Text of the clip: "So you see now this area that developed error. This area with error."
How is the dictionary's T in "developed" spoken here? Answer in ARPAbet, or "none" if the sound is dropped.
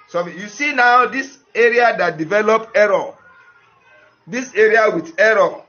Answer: none